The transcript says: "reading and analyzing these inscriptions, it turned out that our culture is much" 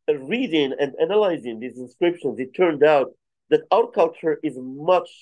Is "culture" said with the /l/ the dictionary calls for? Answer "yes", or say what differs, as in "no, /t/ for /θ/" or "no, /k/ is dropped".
yes